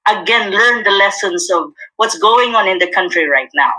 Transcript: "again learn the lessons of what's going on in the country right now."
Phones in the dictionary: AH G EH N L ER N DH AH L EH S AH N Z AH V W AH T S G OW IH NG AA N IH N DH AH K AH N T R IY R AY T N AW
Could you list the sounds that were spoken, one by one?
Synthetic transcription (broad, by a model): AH G EH N L ER N DH AH L EH S AH N Z AH V W AH T S G OW IH NG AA N IH N DH AH K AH N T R IY R AY T N AW